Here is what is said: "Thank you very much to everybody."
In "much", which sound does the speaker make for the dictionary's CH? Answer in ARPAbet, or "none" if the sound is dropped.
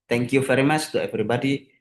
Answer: S